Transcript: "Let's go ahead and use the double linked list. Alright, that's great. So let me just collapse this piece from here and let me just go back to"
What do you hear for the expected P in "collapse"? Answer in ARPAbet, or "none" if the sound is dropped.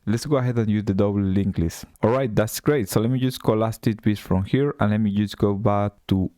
none